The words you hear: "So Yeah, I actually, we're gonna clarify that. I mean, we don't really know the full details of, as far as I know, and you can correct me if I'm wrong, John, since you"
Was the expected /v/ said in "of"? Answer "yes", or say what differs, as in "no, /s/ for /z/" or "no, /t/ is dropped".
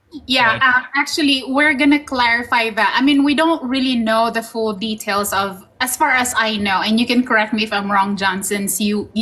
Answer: yes